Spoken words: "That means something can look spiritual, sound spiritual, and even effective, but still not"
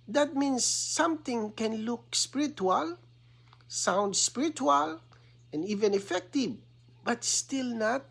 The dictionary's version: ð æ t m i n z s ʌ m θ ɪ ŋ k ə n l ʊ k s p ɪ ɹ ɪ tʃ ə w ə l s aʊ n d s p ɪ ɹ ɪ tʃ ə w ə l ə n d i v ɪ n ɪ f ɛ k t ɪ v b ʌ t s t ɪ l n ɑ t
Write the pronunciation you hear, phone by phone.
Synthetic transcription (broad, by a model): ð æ t m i n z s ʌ m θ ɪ ŋ k ə n l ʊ k s p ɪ ɹ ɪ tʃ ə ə l s aʊ n d s p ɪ ɹ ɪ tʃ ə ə l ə n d i v ɪ n ɪ f ɛ k t ɪ v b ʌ t s t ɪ l n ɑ t